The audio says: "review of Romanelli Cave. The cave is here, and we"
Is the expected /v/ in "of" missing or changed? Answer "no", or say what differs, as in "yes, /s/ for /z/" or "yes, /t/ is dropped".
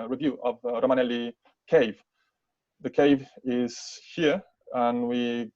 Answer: no